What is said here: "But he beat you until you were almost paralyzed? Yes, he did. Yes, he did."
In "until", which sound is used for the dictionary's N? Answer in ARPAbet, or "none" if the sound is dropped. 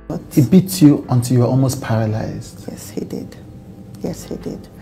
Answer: N